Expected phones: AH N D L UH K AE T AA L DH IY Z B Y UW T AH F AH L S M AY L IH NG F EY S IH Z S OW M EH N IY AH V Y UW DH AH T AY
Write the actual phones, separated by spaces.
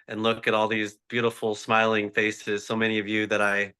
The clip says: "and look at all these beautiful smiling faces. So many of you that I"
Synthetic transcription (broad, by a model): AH N L UH K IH T AA L DH IY Z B Y UW T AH F L S M AY L IH NG F EY S IH Z S OW M EH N IY AH V Y UW DH AH T AY